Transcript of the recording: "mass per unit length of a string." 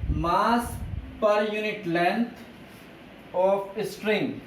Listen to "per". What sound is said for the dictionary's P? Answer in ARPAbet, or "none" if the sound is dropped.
P